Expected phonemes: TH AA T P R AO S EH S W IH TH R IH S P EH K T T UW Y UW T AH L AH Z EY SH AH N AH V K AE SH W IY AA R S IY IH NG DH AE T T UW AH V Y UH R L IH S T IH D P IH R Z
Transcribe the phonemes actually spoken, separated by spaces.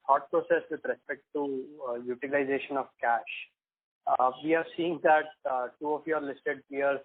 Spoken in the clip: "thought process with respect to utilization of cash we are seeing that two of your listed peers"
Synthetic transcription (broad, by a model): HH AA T P R AO S EH S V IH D R IH S P EH K T T UW Y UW T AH L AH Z EY SH AH N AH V K AE SH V IY AA R S IY IH NG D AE T T UW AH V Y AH R L IH S T IH D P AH R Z